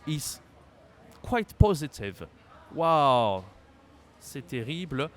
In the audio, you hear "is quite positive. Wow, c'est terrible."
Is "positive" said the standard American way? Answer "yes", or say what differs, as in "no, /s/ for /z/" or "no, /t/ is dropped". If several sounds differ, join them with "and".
yes